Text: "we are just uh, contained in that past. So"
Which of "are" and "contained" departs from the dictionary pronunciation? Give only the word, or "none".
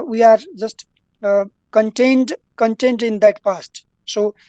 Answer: none